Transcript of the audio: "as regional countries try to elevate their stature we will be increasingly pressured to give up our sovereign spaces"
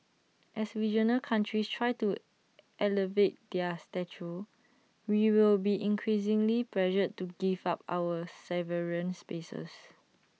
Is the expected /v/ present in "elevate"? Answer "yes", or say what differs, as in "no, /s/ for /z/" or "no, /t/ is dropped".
yes